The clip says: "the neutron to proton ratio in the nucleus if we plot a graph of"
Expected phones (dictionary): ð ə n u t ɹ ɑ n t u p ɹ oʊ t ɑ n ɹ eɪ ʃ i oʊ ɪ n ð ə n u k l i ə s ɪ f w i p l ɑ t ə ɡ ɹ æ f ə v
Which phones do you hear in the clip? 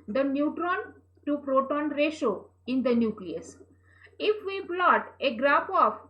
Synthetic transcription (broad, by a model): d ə n u t ɹ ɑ n t u p ɹ oʊ t ɑ n ɹ eɪ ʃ oʊ ɪ n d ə n u k l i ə s ɪ f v i b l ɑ t ə ɡ ɹ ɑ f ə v